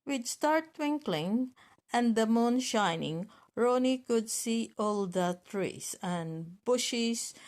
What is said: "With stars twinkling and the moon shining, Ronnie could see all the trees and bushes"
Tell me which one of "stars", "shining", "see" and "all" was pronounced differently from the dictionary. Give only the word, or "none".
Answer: stars